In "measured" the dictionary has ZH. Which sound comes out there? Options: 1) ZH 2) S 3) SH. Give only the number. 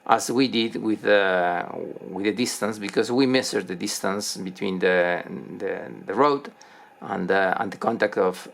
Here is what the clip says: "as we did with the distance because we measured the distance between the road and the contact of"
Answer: 2